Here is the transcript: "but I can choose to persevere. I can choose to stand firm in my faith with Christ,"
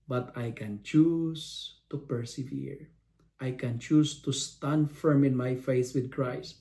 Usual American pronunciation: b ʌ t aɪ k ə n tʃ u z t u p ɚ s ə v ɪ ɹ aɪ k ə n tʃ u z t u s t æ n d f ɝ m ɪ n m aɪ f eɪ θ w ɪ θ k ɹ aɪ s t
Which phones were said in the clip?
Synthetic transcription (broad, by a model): b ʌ t aɪ k ə n tʃ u s t u p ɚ s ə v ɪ ɹ aɪ k ə n tʃ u s t u s t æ n d f ɝ m ɪ n m aɪ f eɪ s w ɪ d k ɹ aɪ s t